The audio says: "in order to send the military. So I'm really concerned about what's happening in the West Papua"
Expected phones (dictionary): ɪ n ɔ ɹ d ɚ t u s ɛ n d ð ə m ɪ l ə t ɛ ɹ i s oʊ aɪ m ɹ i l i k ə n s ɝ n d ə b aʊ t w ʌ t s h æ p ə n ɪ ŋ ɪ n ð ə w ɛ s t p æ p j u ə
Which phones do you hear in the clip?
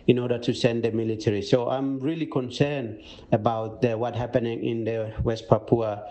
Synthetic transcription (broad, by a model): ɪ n ɔ ɹ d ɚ t u s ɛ n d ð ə m ɪ l ə t ɛ ɹ i s oʊ aɪ m ɹ i l i k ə n s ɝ n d ə b aʊ t w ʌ t h æ p ə n ɪ ŋ ɪ n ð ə w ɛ s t p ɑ p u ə